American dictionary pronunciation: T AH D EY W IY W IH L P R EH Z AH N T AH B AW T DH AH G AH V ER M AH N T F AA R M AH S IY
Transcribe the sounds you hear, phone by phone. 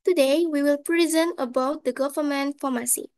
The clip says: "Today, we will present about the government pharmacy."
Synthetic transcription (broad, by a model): T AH D EY W IY W IH L P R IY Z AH N AH B AW T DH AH G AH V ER M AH N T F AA M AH S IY